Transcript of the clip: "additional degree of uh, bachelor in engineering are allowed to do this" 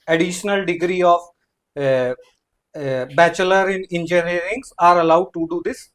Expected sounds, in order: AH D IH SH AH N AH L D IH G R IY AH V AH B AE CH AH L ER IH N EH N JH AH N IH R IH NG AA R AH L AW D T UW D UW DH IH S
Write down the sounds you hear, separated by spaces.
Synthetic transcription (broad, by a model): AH D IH SH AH N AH L D IH G R IY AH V B AE CH AH L ER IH N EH N JH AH N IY R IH NG AA R AH L AW D T UW D UW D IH S